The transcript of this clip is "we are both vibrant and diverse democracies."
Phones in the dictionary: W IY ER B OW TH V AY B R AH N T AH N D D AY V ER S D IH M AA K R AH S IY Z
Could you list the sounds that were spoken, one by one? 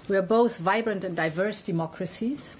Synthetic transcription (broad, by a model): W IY ER B OW TH V AY B R AH N T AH N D D AY V ER S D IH M AA K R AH S IY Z